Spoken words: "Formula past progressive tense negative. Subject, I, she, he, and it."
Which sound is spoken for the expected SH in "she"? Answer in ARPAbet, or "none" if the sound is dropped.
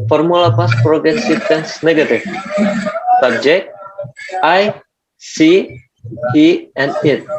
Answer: S